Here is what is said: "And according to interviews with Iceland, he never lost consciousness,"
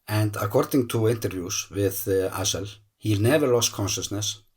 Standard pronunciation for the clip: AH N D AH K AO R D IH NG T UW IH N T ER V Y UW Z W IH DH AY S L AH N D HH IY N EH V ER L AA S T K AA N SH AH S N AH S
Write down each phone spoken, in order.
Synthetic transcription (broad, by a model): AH N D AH K AO R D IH NG T UW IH N T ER V Y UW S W IH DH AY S AH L HH IY N EH V ER L AA S T K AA N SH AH S N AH S